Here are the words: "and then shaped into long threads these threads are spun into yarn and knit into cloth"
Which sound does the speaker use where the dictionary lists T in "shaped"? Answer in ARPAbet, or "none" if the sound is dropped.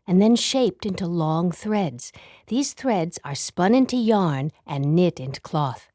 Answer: T